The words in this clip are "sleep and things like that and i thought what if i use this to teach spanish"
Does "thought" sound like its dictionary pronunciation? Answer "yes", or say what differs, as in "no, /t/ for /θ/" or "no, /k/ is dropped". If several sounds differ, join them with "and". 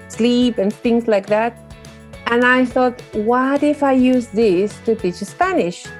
yes